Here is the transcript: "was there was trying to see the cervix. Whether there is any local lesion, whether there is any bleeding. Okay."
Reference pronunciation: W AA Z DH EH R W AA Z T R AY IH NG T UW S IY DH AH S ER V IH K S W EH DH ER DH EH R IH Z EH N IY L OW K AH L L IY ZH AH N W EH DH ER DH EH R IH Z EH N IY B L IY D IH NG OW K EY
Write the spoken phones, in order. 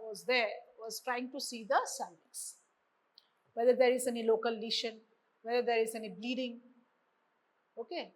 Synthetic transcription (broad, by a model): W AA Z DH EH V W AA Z T R AY IH NG T UW S IY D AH S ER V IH S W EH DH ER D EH R IH Z EH N IY L OW K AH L L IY SH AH N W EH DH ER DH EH R IH Z EH N IY B L IY D IH NG OW K EY